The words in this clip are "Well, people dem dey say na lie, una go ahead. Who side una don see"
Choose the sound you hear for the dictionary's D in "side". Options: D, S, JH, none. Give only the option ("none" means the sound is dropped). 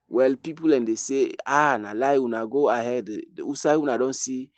none